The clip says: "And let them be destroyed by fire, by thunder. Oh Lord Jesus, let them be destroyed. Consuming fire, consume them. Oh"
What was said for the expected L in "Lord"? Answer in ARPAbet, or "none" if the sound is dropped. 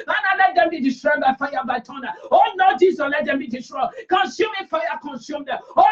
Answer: N